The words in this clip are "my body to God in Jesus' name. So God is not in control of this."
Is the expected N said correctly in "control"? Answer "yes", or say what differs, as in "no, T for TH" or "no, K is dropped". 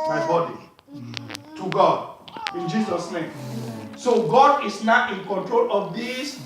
yes